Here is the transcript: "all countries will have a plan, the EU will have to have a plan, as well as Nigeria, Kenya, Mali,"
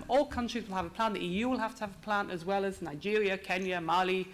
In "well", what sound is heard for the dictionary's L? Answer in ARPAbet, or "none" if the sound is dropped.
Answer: L